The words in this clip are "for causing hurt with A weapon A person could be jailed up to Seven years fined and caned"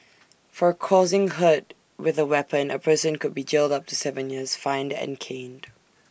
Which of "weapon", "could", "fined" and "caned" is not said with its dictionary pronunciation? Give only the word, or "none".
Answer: none